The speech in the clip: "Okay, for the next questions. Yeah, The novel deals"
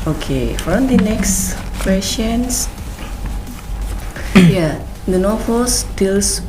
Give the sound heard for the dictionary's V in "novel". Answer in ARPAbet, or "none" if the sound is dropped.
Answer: F